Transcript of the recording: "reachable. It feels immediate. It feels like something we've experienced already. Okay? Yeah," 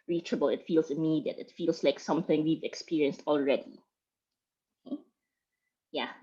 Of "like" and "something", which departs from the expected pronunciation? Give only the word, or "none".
none